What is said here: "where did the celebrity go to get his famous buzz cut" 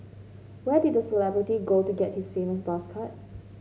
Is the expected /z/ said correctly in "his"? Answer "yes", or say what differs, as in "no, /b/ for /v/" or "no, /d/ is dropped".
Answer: no, /s/ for /z/